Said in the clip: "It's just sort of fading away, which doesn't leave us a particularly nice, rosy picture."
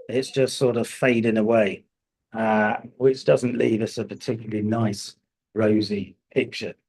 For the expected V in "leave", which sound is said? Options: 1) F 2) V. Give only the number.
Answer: 2